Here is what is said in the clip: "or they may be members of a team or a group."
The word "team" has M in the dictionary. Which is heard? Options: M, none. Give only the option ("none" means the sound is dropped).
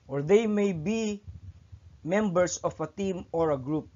M